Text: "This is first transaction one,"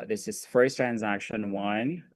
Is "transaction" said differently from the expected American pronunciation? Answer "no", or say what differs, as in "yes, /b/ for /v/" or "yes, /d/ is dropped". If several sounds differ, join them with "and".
no